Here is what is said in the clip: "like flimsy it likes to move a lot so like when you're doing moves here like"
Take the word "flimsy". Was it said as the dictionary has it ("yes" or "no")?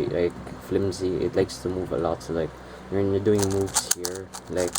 yes